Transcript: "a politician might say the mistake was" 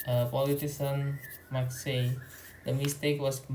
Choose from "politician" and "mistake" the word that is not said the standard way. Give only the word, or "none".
politician